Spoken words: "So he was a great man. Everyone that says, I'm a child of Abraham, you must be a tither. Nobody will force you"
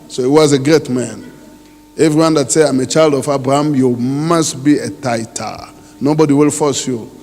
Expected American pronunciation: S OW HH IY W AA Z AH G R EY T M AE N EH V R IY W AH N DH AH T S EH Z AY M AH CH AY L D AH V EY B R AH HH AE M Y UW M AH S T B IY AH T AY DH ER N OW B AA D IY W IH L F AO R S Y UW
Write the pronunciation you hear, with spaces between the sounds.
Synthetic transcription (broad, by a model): S OW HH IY W AA Z AH G R EY T M AE N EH V R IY W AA N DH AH T S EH AY M AH CH AY L D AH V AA B R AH HH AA M Y UW M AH S T B IY AH T AY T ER N OW B AA D IY W IH L F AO S Y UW